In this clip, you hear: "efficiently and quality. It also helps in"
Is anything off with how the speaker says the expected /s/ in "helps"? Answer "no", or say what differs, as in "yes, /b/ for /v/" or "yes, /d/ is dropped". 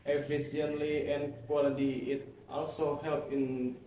yes, /s/ is dropped